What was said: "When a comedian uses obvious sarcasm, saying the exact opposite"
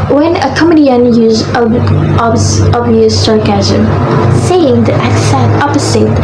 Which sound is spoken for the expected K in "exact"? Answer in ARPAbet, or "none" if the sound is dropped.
none